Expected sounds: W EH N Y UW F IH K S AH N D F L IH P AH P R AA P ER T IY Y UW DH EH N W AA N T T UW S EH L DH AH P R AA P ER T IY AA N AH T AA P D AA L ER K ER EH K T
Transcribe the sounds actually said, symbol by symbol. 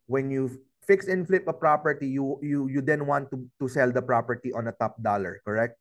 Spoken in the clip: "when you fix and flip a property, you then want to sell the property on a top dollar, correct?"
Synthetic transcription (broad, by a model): W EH N Y UW F IH K S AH N F L IH P AH P R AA P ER T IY Y UW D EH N W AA N T T UW S EH L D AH P R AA P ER T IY AA N AH T AA P D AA L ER K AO EH K T